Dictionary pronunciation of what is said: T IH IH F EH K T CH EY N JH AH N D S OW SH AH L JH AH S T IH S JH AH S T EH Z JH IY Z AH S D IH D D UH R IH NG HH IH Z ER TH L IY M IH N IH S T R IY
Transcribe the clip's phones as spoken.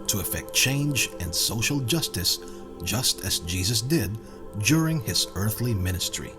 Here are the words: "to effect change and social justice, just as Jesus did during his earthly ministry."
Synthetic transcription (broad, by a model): T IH IH F EH K T CH EY N JH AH N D S OW SH L JH AH S T IH S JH AH S T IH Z JH IY Z AH S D IH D D UH R IH NG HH IH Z ER TH L IY M IH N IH S T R IY